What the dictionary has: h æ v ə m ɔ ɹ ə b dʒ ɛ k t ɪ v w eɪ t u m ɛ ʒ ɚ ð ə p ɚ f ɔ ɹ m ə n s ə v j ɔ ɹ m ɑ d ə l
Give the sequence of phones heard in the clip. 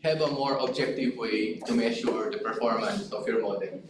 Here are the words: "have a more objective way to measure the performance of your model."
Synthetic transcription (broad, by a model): h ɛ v ə m ɔ ɹ ə b dʒ ɛ k t ɪ v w eɪ t u m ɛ ʃ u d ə p ɚ f ɔ ɹ m ə n s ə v j ɔ ɹ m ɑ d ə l